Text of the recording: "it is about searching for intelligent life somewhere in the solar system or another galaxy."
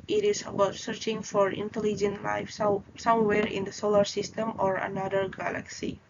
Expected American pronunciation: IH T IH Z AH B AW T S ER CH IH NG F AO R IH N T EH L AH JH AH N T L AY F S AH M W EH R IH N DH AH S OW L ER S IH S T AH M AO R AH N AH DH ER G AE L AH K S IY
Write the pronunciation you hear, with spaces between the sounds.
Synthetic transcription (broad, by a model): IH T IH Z AH B AW T S ER CH IH NG F AO R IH N T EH L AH JH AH N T L AY F S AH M W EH R IH N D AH S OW L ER S IH S T AH M AO R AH N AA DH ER G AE L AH K S IY